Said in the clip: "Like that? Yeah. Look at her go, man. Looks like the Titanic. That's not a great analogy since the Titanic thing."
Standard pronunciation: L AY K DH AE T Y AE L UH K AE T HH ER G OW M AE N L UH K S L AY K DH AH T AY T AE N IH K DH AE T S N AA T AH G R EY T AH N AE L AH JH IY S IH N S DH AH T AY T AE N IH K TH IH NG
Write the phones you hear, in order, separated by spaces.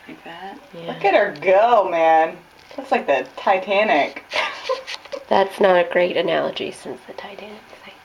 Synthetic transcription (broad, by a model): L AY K DH AE T Y AE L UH K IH T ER G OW M AE N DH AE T S L AY K DH AH T AY T AE N IH K DH AE T S N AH T AH G R EY T AH N AE L AH JH IY S IH N S DH AH T AY T AE N IH K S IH